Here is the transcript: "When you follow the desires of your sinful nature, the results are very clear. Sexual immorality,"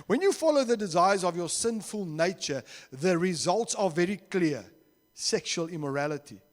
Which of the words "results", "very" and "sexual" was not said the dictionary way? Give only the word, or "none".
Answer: none